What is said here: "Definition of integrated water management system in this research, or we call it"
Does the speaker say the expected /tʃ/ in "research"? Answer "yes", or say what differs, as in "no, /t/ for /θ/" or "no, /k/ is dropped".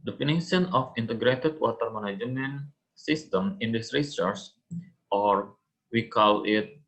no, /s/ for /tʃ/